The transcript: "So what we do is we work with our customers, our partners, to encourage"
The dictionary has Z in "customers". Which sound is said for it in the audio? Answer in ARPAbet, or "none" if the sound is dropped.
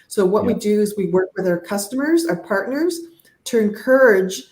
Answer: Z